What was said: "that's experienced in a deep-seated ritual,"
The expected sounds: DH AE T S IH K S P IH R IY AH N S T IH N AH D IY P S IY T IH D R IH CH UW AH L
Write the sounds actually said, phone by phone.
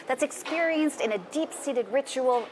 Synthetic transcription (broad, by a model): DH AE T S IH K S P IH R IY AH N S T IH N AH D IY P S IY T IH D R IH CH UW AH L